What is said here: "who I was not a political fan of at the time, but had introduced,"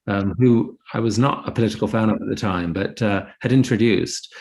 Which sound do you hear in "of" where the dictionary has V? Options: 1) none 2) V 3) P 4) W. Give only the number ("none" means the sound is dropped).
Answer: 3